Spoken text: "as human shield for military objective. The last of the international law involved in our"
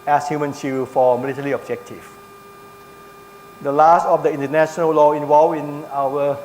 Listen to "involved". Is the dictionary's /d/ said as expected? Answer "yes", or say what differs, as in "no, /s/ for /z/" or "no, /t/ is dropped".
no, /d/ is dropped